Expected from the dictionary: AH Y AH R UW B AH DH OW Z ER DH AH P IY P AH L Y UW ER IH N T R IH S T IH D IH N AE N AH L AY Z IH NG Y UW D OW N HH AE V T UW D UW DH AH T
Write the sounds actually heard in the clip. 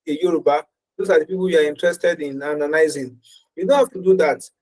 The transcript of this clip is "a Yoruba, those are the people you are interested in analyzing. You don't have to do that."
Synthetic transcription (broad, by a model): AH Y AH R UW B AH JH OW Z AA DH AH P IY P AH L Y UW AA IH N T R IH S T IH D IH N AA N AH N AY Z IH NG Y UW D OW N HH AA F T UW D UW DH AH T